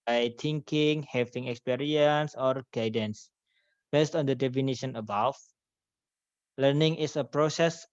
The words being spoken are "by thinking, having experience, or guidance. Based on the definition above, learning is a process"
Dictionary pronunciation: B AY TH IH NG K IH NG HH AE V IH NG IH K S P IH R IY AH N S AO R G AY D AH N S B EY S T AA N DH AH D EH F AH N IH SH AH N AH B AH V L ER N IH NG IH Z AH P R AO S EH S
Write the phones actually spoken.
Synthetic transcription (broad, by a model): AY T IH NG K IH NG HH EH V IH NG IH K S P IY R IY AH N S AO R G AY D AH N S B EY S T AA N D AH D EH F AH N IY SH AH N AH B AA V L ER N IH NG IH S AH P R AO S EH S